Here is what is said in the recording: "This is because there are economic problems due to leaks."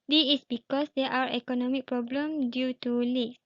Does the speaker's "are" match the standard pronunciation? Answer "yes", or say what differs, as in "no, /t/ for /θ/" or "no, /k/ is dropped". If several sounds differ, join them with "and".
no, /w/ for /ɹ/